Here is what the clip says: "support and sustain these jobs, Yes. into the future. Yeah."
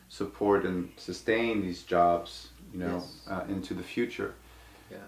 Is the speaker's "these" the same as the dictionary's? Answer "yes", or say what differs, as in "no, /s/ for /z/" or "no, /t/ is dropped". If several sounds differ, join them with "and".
yes